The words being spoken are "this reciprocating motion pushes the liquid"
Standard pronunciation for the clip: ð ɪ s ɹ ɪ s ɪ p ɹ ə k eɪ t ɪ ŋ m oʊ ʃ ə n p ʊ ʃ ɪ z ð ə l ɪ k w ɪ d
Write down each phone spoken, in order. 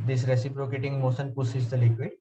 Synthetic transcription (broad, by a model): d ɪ s ɹ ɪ s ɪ p ɹ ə k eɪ t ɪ ŋ m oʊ s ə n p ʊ s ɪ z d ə l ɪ k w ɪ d